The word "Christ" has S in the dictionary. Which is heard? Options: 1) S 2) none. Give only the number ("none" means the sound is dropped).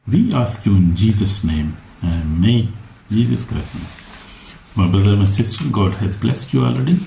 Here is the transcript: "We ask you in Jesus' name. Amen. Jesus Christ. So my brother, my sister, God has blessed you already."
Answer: 2